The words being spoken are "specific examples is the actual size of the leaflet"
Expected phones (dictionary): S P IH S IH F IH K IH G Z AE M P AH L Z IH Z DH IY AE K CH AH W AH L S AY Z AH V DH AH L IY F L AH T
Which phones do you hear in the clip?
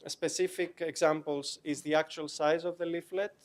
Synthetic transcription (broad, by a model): S P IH S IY F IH K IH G Z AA M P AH L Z IH Z DH IY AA K CH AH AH L S AY Z AH V DH AH L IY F L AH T